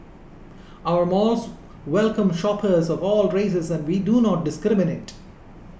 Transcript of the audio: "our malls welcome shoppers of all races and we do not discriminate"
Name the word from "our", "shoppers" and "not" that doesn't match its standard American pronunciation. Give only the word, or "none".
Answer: none